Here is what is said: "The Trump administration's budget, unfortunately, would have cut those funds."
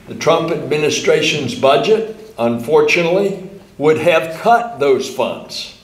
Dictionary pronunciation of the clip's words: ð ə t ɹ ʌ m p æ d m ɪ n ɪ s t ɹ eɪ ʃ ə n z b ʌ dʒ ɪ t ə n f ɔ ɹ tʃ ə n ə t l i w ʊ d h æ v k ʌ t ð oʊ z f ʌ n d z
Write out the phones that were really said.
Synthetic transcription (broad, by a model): ð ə t ɹ ʌ m p æ d m ɪ n ɪ s t ɹ eɪ ʃ ə n z b ʌ dʒ ɪ t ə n f ɔ ɹ tʃ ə n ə t l i w ʊ d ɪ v k ʌ t ð oʊ z f ʌ n d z